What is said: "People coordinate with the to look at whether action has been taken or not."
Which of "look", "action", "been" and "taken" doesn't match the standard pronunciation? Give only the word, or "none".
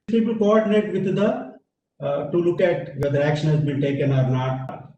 been